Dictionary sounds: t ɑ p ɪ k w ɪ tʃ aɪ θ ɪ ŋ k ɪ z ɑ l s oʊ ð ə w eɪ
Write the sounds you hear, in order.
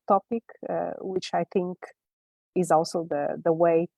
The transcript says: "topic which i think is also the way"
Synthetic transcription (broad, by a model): t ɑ p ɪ k w ɪ tʃ aɪ θ ɪ ŋ k ɪ z ɑ l s oʊ ð ə w eɪ